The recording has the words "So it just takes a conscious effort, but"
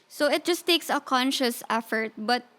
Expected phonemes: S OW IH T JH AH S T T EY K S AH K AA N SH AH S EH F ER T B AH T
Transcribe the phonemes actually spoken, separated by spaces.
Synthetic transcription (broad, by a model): S OW IH T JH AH S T T EY K S AH K AA N SH AH S EH F ER T B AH T